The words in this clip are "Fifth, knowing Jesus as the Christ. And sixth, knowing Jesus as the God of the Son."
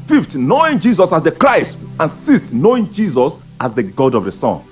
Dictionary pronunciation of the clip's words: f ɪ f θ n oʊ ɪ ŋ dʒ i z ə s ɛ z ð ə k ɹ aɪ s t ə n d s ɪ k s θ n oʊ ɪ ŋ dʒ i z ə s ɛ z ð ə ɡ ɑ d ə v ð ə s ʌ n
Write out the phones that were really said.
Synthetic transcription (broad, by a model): f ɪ f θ n oʊ ɪ ŋ dʒ i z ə s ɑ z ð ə k ɹ aɪ s t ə n s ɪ s t n oʊ ɪ ŋ dʒ i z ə s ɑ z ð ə ɡ ɑ d ə v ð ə s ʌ n